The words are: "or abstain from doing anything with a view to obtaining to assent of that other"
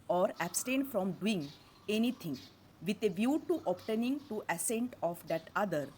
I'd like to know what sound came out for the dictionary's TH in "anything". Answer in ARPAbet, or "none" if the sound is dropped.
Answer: T